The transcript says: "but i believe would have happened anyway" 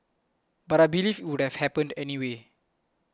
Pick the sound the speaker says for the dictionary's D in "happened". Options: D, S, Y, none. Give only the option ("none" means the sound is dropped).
D